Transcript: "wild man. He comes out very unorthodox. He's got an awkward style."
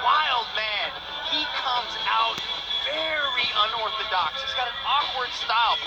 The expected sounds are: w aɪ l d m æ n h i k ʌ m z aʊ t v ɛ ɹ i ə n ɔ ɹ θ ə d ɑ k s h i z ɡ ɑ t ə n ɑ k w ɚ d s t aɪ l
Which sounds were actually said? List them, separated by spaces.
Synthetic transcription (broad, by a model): w aɪ l d m æ n h i k ʌ m z aʊ t v ɛ ɹ i ə n ɔ ɹ θ ə d ɑ k s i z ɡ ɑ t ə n ɑ k w ɚ d s t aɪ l